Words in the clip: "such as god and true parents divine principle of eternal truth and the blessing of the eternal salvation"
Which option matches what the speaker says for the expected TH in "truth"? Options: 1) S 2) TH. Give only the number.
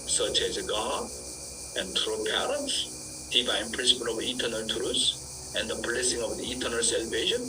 1